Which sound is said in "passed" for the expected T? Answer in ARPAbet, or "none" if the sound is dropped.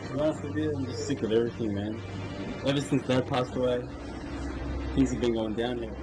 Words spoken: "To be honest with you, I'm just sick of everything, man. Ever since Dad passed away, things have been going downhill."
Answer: T